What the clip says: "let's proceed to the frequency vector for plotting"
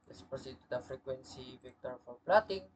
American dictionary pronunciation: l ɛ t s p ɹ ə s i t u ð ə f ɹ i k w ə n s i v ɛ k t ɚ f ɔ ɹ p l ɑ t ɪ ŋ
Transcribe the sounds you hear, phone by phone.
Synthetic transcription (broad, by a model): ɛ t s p ə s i t u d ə f ɹ i k w ə n s i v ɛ k t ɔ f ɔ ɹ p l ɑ t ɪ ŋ